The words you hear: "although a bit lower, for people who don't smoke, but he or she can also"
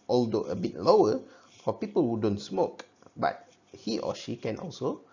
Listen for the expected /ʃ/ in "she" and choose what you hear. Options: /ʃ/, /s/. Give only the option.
/ʃ/